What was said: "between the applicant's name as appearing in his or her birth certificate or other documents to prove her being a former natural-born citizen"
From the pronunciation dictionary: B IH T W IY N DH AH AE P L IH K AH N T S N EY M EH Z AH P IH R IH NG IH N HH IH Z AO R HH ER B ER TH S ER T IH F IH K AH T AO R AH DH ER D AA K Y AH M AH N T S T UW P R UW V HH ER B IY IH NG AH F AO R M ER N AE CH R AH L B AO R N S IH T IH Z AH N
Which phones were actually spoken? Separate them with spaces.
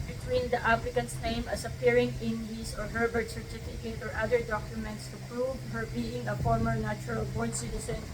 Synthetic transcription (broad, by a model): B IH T W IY N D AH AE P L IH K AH N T S N EY M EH S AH P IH R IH NG IH N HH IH S AO R HH ER B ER T S ER T IH F IH K AH T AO R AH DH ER D AA K Y AH M AH N T S T UW P R UW V HH ER B IY IH NG AH F AO R M ER N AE CH R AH L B AO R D S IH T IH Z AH N